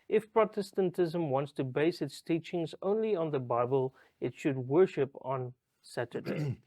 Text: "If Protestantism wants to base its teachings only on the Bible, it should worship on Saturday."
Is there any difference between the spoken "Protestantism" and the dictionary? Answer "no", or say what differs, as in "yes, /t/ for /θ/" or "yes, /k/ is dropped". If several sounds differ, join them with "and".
no